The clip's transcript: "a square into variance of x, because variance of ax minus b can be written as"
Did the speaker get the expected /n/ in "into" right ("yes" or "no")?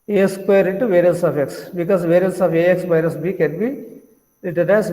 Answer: yes